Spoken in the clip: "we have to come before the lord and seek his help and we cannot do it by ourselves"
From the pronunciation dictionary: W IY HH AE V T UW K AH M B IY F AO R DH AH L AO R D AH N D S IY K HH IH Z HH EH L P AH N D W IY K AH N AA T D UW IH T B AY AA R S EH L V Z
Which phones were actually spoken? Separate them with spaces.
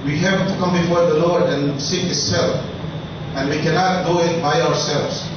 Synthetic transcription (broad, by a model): W IY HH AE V T UW K AH M B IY F AO R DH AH L AO R D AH N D S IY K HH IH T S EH L F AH N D W IY K AH N AA T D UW IH T B AY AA R S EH L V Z